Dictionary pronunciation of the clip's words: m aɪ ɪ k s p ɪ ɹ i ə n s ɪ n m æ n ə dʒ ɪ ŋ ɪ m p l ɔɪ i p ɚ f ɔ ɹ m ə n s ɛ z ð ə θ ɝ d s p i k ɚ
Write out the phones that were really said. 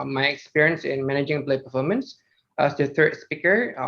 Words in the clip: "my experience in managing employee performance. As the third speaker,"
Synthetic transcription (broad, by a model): m aɪ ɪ k s p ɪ ɹ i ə n s ɪ n m æ n ə dʒ ɪ ŋ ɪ p l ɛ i p ɚ f ɔ ɹ m ə n s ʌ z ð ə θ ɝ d s p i k ɚ